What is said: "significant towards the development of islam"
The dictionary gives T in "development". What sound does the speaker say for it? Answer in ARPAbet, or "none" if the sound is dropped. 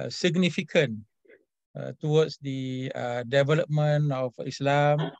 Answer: none